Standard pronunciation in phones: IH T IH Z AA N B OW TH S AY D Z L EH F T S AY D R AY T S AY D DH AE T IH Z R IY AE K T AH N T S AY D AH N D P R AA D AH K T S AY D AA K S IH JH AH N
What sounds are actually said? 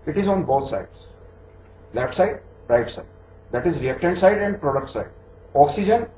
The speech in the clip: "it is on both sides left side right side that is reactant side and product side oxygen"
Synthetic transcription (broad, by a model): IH T IH Z AA N B OW T S AY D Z L EH F T S AY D R AY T S AY D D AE T IH Z R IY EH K T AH N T S AY D AH N D P R AA D AH K T S AY D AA K S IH JH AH N